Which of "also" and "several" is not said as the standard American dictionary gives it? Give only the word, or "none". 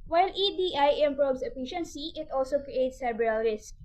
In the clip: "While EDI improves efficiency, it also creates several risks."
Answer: several